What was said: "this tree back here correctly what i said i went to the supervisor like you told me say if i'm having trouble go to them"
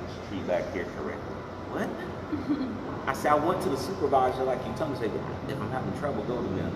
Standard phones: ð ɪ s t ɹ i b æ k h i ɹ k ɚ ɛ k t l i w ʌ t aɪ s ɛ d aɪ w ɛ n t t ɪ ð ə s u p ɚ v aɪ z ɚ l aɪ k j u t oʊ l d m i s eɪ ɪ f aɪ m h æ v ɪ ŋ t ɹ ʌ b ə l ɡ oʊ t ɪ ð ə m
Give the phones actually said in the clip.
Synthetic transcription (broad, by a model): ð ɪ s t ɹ i b æ k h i ɹ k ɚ ɛ k t l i w ʌ t aɪ s ɛ d aɪ w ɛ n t t ɪ ð ə s u p ɚ v aɪ z ɚ l aɪ k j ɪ t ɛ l m i s eɪ ɪ f aɪ m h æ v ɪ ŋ t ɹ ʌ b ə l ɡ oʊ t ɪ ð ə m